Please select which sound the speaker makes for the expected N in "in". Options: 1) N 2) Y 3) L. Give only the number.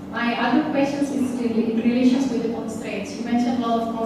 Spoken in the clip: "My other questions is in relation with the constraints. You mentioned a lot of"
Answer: 3